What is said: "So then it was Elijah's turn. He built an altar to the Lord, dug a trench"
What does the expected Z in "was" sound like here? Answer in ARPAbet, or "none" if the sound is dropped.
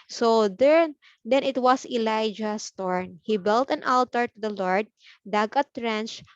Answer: S